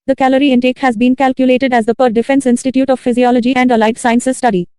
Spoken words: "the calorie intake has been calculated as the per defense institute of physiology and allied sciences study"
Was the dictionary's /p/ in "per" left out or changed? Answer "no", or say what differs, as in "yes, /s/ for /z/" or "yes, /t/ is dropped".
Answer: no